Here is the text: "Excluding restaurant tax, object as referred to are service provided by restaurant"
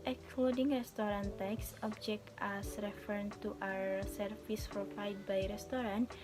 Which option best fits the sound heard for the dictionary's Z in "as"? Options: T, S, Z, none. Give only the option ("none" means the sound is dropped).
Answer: S